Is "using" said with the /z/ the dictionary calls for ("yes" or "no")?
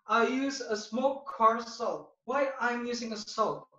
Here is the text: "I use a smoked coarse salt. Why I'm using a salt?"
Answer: yes